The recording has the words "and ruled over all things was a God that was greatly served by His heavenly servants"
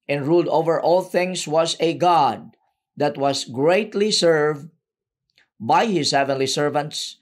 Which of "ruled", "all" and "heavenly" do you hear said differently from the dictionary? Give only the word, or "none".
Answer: none